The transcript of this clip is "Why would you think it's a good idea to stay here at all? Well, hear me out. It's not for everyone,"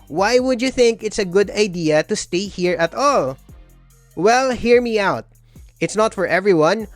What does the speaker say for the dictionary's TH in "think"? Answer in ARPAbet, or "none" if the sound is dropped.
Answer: TH